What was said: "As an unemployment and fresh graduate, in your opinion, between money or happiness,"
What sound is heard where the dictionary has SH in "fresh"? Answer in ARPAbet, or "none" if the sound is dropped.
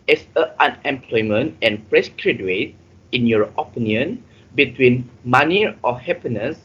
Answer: S